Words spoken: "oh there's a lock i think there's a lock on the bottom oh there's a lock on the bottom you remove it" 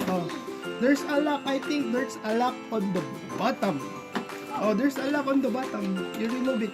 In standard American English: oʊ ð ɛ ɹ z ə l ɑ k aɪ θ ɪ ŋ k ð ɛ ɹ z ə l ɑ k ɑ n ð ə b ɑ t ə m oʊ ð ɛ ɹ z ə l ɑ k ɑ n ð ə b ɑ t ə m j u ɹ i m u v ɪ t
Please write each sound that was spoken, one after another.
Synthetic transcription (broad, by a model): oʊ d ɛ ɹ s ə l ɑ k aɪ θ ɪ ŋ k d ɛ ɹ s ə l ɑ k ɑ n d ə b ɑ t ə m oʊ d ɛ ɹ s ə l ɑ k ɑ n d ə b ɑ t ə m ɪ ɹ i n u b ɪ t